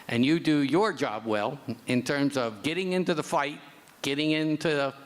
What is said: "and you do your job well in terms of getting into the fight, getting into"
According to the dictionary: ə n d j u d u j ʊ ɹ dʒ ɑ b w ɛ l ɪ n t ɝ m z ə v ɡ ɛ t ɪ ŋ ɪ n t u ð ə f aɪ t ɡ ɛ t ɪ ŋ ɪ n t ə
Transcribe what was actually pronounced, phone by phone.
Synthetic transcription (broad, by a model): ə n j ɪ d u j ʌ ɹ dʒ ɑ b w ɛ l ɪ n t ɝ m z ə v ɡ ɛ t ɪ ŋ ɪ n t u ð ə f aɪ t ɡ ɛ t ɪ ŋ ɪ n t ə